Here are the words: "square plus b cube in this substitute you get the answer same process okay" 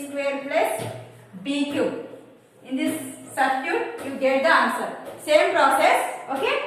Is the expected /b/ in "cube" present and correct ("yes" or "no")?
no